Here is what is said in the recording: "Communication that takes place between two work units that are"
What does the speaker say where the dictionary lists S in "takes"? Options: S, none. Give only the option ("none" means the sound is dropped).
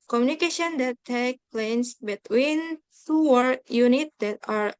none